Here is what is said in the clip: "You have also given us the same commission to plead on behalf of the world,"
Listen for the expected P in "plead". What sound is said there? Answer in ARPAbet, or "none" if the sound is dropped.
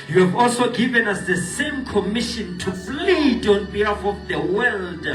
F